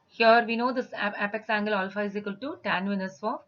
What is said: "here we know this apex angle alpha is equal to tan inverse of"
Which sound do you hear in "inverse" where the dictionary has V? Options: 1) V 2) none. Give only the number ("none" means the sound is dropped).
2